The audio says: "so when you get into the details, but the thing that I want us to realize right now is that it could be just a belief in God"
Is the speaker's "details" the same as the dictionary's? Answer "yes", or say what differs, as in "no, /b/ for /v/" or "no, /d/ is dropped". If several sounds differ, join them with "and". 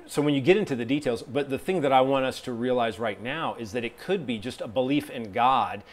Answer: yes